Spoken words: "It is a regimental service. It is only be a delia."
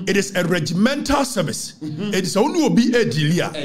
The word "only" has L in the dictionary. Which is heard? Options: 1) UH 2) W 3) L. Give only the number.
2